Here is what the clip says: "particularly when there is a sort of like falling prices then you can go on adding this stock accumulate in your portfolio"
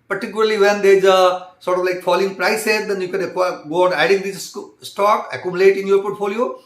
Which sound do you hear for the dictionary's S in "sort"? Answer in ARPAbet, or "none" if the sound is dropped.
S